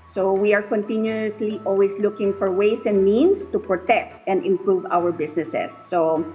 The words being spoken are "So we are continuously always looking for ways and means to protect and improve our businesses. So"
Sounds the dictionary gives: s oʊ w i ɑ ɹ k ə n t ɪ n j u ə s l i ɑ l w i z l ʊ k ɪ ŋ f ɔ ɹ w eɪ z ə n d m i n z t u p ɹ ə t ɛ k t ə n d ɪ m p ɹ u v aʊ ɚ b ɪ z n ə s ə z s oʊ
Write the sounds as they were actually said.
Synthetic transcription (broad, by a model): s oʊ w i ɑ ɹ k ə n t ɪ n j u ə s l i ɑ l w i s l ʊ k ɪ ŋ f ɔ ɹ w eɪ s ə n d m i n s t u p ɹ ə t ɛ k t ə n d ɪ m p ɹ u v aʊ ɚ b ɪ s n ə s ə s oʊ